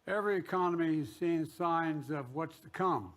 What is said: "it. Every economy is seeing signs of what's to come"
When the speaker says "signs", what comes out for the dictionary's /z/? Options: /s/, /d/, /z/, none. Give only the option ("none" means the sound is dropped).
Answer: /z/